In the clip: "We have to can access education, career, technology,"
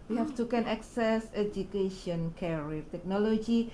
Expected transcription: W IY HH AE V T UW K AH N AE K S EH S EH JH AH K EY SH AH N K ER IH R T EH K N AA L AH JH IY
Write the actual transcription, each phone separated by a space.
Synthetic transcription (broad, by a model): W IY HH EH F T UW K AH N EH K S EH S EH JH AH K EY SH AH N K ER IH T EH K N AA L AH JH IY